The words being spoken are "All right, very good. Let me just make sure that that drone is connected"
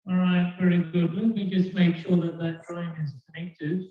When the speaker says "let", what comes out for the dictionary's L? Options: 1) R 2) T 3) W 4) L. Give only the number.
3